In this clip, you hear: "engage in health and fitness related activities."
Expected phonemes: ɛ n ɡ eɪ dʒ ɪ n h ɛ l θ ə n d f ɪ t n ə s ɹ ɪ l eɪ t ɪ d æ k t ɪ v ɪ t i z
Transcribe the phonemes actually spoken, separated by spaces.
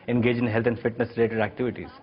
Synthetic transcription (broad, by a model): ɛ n ɡ eɪ dʒ ɪ n h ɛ l t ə n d f ɪ t n ə s ɹ ɪ l eɪ t ɪ d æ k t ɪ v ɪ t i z